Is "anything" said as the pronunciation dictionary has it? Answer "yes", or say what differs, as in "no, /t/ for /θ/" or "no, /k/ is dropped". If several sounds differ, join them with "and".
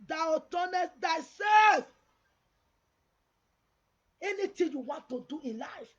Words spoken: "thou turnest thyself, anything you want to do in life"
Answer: no, /t/ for /θ/